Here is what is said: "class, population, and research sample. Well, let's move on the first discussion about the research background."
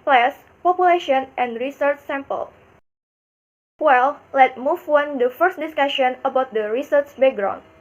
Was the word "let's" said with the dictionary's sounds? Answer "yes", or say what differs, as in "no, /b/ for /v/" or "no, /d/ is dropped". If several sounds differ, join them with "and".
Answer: no, /s/ is dropped